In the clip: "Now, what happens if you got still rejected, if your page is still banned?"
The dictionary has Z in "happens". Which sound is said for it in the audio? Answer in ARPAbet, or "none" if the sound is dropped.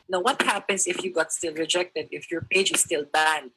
S